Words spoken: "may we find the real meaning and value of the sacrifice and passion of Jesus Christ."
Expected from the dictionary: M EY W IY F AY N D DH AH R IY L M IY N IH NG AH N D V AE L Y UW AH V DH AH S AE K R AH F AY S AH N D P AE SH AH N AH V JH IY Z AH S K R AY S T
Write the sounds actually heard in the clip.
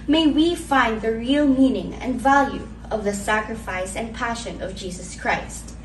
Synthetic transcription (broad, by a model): M EY W IY F AY N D DH AH R IY L M IY N IH NG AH N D V AE L Y UW AH V DH AH S AE K R AH F AY S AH N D P AE SH AH N AH V JH IY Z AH S K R AY S T